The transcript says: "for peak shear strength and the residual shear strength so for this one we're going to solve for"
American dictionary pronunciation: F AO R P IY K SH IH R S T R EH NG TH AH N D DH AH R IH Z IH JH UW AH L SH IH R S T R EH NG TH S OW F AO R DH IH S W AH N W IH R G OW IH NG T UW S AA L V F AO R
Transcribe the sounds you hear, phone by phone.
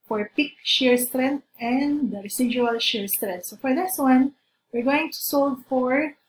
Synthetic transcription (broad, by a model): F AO R P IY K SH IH R S T R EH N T AH N D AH R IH S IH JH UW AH L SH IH R S T R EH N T S OW F AO R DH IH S W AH N W IH R G OW IH NG T UW S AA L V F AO R